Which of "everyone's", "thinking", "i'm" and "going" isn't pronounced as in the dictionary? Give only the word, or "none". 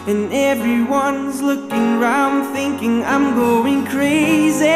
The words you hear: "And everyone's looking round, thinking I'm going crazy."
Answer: none